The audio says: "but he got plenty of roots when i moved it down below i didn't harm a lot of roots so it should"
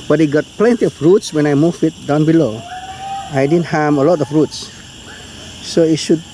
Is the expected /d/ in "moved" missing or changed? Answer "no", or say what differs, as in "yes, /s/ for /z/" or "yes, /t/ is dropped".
yes, /d/ is dropped